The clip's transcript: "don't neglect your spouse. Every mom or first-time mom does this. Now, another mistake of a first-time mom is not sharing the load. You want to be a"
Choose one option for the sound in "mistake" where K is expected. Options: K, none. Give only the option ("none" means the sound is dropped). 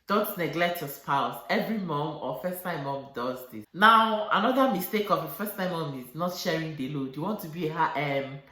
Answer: K